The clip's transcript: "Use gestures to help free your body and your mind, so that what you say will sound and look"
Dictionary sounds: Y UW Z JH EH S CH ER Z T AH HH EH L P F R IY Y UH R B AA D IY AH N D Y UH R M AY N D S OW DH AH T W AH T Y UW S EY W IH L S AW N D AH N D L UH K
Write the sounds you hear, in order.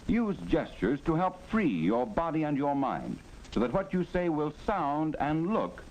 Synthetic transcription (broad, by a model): Y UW Z JH EH S CH ER Z T AH HH EH L P F R IY Y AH R B AA D IY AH N Y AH R M AY N D S OW DH AH T W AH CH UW S EY W IH L S AW N D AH N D L UH K